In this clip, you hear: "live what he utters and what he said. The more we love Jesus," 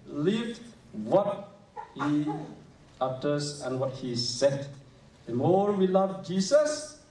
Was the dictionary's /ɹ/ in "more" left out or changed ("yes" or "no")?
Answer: no